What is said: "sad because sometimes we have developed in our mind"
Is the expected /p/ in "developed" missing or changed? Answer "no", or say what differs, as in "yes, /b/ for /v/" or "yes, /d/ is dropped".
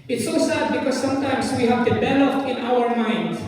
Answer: yes, /f/ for /p/